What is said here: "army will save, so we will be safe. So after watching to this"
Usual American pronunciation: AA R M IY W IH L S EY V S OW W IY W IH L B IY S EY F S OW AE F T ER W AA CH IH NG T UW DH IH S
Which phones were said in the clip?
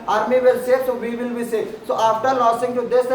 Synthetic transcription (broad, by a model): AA R M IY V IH L S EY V S OW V IY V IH L B IY S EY S OW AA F T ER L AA S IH NG T UW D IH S